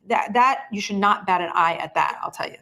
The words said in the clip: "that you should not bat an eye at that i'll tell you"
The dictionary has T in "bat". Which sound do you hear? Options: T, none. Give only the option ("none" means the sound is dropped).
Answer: T